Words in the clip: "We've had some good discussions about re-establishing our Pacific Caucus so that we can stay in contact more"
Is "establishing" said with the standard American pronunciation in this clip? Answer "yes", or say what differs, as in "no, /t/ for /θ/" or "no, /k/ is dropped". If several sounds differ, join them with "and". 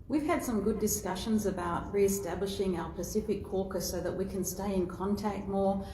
yes